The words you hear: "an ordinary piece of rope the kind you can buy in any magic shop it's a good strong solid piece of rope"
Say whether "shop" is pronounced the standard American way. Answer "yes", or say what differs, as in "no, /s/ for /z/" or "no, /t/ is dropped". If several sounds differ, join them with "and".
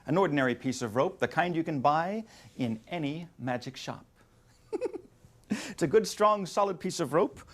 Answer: yes